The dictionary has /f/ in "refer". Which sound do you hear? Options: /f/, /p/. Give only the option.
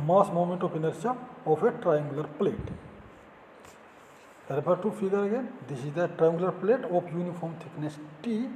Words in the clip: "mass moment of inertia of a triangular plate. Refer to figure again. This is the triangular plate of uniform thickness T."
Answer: /p/